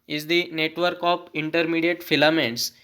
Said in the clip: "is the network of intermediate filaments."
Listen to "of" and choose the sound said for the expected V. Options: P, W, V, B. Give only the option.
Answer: P